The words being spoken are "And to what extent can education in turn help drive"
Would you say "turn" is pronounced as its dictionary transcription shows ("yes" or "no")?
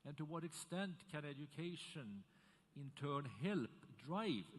yes